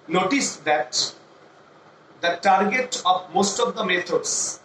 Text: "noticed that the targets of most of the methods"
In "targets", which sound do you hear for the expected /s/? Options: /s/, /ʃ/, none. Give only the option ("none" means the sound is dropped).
none